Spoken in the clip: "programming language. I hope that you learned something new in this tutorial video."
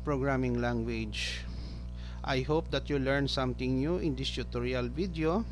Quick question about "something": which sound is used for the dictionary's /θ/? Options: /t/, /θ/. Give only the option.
/t/